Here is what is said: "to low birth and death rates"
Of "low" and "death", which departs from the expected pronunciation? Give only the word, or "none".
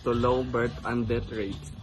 death